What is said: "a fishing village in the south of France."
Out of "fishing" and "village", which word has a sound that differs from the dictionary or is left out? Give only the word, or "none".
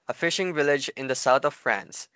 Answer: none